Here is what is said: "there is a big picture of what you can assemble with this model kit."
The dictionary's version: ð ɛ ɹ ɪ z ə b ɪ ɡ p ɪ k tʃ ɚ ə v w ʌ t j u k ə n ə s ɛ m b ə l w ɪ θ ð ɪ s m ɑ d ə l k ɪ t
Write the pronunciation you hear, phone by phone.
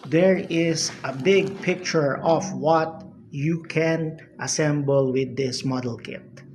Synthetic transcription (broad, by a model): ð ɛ ɹ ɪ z ə b ɪ ɡ p ɪ k tʃ ɚ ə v w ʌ t j u k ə n ə s ɛ m b ə l w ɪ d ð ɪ s m ɑ d ə l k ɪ t